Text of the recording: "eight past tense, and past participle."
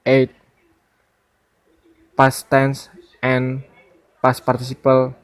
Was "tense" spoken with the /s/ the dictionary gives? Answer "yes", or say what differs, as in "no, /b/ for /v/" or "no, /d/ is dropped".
yes